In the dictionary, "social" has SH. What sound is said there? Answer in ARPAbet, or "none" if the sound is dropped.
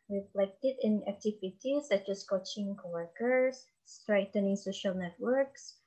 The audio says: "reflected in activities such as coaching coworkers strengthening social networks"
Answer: SH